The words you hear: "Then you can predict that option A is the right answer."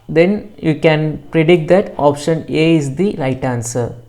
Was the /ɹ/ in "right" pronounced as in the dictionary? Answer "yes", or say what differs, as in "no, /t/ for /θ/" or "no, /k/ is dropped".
no, /l/ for /ɹ/